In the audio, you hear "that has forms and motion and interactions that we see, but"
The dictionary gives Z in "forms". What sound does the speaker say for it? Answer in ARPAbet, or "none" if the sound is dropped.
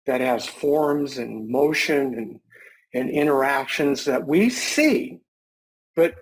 Z